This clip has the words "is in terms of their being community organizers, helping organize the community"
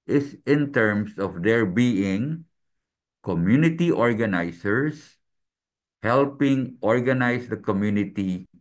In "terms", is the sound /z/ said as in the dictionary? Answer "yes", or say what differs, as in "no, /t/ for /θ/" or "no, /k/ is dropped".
no, /s/ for /z/